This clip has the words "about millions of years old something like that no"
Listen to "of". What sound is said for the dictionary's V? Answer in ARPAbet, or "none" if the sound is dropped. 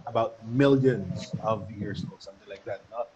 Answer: V